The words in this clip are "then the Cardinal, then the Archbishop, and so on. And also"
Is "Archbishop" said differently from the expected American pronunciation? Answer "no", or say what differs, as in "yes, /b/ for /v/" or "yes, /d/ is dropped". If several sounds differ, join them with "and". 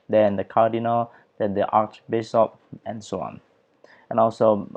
yes, /s/ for /ʃ/